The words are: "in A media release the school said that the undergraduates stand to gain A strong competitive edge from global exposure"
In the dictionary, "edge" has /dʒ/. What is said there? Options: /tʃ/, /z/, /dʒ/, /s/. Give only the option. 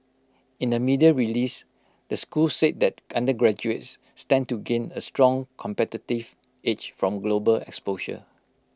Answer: /tʃ/